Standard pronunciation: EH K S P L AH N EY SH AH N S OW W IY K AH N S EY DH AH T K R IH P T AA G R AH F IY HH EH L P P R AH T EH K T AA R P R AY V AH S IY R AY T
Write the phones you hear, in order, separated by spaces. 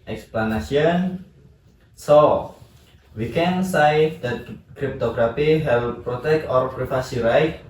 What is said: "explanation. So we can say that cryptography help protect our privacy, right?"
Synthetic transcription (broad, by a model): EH K S P L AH N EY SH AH N S OW W IY K AH N S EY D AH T K R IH P T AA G R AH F IY HH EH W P P R AH T EH K T AA R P R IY F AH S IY R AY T